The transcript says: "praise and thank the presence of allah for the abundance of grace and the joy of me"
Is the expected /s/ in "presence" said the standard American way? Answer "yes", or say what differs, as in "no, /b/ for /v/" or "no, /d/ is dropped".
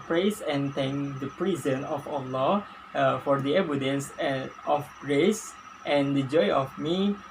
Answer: no, /s/ is dropped